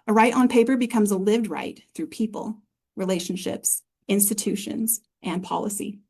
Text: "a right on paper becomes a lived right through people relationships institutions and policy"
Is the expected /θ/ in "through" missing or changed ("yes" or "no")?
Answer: no